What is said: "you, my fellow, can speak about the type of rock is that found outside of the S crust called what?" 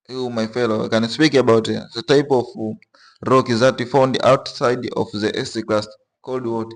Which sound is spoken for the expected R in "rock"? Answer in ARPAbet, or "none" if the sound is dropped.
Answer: R